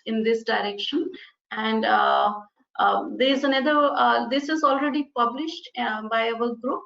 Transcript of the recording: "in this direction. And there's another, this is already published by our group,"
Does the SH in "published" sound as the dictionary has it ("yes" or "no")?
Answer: yes